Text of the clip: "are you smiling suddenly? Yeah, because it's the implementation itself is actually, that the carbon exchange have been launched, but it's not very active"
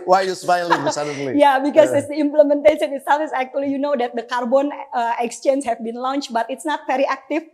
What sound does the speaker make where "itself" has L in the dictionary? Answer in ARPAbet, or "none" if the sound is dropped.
none